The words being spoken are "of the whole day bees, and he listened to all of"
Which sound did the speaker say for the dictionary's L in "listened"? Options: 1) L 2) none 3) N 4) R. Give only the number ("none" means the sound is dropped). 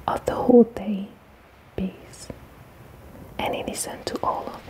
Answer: 3